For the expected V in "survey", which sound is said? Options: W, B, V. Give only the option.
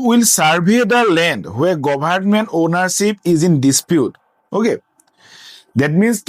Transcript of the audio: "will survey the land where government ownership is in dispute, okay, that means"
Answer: B